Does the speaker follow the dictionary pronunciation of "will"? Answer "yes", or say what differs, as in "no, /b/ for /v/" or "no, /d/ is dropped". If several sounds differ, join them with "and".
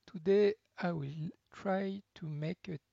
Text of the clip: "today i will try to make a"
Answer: yes